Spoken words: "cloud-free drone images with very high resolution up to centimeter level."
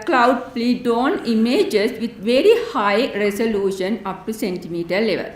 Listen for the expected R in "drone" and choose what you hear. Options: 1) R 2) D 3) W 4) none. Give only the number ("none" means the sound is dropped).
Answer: 4